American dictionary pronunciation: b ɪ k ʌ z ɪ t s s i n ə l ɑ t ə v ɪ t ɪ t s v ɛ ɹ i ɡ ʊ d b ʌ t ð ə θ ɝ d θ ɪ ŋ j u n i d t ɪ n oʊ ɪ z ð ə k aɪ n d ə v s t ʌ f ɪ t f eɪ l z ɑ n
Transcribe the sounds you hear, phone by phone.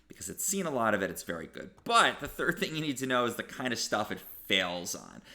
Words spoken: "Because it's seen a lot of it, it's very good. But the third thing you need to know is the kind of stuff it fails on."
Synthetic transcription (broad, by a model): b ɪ k ʌ z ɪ t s s i n ə l ɑ t ə v ɪ t ɪ t s v ɛ ɹ i ɡ ʊ d b ʌ t ð ə θ ɝ d θ ɪ ŋ j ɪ n i d t ɪ n oʊ ɪ z ð ə k aɪ n d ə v s t ʌ f ɪ t f eɪ l z n